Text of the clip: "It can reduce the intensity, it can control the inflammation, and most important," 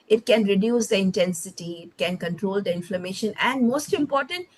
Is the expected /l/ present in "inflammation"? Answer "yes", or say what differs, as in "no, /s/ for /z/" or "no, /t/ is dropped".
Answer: yes